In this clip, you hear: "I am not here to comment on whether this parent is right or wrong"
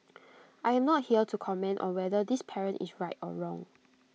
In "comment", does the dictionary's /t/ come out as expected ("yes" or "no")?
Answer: yes